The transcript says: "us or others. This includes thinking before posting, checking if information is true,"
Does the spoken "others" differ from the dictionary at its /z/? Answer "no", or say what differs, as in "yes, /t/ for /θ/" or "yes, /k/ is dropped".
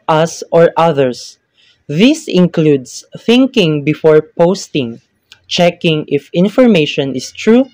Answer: yes, /s/ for /z/